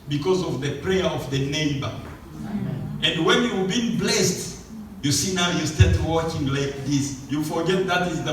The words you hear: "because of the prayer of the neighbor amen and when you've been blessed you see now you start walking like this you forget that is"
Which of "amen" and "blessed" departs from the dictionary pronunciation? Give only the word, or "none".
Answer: amen